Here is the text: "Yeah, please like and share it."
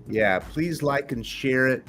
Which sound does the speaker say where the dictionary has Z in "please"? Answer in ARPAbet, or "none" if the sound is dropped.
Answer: Z